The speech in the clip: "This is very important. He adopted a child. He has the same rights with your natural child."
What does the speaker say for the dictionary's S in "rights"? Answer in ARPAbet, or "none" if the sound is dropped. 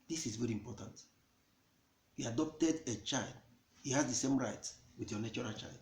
none